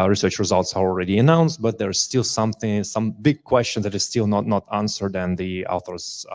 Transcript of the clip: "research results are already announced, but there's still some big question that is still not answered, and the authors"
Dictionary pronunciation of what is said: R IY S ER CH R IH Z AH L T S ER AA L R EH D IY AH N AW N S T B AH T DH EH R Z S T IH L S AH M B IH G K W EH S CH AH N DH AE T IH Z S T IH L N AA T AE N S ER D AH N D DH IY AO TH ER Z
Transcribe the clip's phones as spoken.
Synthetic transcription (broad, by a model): R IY S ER CH R IH Z AH L T S ER AA L R EH D IY AH N AW N S T B AH T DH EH R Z S T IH L S AH M B IH G K W EH S CH AH N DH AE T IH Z S T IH L N AA T AE N S ER D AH N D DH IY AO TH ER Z